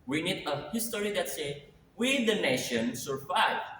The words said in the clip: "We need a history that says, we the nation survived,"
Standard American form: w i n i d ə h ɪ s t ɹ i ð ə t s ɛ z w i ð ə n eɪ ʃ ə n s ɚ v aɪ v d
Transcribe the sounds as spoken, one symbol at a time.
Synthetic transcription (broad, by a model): w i n i d ə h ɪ s t ɹ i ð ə t s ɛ w i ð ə n eɪ ʃ ə n s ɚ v aɪ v